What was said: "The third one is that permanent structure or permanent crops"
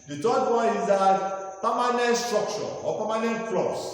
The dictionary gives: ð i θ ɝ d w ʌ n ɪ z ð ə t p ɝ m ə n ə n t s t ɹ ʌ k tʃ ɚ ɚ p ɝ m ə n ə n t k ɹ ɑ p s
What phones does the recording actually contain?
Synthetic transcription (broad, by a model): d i t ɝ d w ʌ ɪ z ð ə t p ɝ m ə n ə n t s t ɹ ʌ k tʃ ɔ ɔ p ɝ m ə n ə n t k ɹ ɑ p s